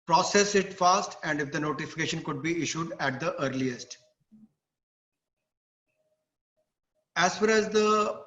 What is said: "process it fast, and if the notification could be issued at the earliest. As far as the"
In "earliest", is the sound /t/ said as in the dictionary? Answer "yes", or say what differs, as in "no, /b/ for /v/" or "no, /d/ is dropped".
yes